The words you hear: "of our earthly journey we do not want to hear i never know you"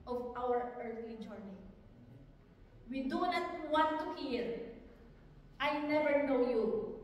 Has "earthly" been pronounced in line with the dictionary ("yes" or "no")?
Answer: no